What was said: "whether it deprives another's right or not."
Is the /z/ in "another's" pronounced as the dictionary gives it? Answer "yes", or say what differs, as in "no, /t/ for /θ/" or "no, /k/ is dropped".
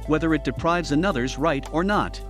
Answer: yes